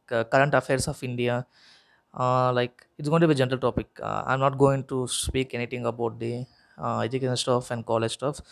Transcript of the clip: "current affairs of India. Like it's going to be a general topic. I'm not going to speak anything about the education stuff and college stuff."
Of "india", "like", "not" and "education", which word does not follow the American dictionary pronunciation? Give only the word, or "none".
none